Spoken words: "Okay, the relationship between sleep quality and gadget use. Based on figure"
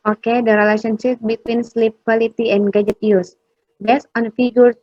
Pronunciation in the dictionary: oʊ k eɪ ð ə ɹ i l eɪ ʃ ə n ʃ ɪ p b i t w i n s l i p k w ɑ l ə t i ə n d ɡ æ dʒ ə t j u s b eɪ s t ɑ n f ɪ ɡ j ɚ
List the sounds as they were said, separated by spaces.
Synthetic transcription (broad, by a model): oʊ k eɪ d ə ɹ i l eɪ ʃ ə n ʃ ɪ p b i t w i n s l i p k w ɑ l ə t i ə n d ɡ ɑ dʒ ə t j u s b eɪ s ɑ n f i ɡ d